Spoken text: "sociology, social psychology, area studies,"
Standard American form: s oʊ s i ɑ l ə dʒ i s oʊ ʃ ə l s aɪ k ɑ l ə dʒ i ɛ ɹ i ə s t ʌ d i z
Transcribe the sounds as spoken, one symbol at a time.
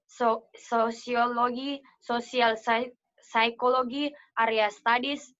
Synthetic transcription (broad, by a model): s oʊ s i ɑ l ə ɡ i s oʊ s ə l s aɪ k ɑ l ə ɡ i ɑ ɹ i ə s t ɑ d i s